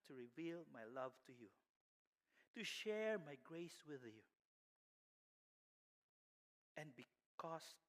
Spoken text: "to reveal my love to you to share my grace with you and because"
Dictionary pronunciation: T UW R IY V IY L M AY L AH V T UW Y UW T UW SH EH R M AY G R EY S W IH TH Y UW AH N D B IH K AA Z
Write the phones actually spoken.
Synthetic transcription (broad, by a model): T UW R IY V IY L M AY L AH V T UW Y UW T UW SH EH R M AY G R EY S W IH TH Y UW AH N B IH K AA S